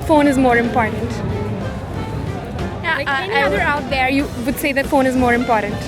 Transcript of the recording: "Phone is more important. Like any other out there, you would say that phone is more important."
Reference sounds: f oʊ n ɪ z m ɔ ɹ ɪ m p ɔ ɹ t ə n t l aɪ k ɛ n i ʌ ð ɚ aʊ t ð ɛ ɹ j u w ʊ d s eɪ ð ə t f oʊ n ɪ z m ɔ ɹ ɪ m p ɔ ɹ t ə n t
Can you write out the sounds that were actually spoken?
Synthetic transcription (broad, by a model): f oʊ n ɪ z m ɔ ɹ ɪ m p ɔ ɹ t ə n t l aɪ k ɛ i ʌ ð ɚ aʊ t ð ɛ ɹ j u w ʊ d s eɪ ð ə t f oʊ n ɪ z m ɔ ɹ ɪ m p ɔ ɹ t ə n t